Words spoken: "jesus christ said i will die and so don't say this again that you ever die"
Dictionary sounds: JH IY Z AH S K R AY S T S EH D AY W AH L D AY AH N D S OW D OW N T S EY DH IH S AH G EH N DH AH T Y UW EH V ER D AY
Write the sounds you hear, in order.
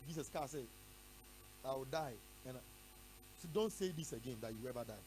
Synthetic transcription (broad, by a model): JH IY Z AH S K AY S S EH D AY W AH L D AY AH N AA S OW D OW N T S EY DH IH S AH G EH N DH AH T Y UW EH V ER D AY